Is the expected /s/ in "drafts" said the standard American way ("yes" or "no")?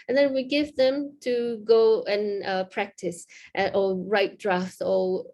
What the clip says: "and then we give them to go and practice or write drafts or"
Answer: no